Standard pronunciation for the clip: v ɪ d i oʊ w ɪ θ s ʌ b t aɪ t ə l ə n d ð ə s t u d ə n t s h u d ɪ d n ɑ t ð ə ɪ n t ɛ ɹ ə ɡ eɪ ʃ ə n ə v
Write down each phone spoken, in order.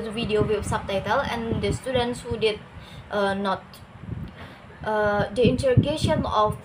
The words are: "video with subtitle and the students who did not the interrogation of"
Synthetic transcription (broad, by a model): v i d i oʊ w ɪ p s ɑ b t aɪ t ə l ə n d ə s t u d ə n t s h u d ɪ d n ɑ t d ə ɪ n t ɛ ɹ ə ɡ eɪ ʃ ə n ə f